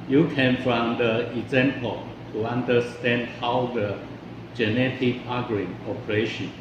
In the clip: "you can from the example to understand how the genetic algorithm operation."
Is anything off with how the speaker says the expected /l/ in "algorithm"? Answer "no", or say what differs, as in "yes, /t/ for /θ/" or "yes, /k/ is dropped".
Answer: yes, /l/ is dropped